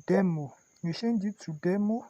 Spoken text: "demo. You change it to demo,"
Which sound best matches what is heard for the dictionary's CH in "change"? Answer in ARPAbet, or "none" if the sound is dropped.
SH